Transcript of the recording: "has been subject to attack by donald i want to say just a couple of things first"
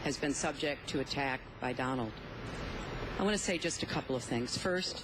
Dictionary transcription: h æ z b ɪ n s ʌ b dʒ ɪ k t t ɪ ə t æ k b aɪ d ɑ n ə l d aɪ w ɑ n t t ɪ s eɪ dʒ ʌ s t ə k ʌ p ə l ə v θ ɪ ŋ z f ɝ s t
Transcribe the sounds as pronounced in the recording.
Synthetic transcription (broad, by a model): h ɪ z b ɪ n s ʌ b dʒ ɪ k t t ɪ ə t æ k b aɪ d ɑ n l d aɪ w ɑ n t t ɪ s eɪ dʒ ʌ s t ə k ʌ p l ə v θ ɪ ŋ z f ɝ s t